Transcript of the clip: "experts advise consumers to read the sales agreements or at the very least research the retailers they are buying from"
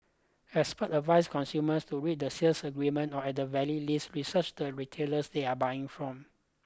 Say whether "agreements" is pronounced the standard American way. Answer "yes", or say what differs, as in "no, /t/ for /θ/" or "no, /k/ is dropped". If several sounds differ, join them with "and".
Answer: no, /s/ is dropped